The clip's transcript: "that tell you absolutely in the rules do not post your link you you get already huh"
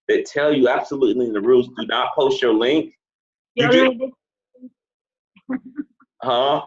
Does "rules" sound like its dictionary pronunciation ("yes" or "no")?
yes